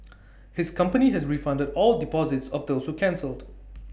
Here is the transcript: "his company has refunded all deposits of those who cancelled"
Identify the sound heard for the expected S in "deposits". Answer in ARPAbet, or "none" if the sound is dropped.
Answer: S